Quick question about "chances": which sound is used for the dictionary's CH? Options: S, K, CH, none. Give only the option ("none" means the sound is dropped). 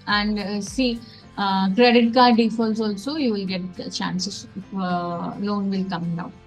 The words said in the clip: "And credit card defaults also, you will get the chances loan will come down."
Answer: S